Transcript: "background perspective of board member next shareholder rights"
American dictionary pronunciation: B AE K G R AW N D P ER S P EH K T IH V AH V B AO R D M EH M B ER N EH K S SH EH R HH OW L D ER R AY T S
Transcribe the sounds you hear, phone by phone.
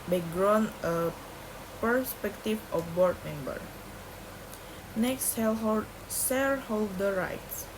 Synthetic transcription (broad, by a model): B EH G R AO N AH P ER S P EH K T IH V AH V B AO R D M EH M B ER N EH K S S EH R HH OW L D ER R AY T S